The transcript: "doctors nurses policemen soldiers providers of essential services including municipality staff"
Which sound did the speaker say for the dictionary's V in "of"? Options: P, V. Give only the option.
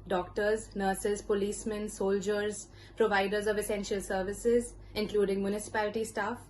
V